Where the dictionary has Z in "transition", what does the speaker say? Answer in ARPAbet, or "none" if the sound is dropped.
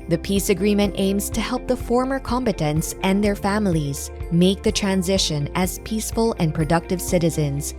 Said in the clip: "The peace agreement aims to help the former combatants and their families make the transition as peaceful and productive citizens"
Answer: Z